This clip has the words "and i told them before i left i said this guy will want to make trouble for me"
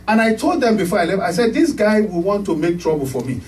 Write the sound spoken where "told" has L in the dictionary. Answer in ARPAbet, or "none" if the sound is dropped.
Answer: L